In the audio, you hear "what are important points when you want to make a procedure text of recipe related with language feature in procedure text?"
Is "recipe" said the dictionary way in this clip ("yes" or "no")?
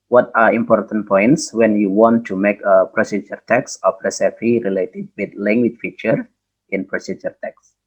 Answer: no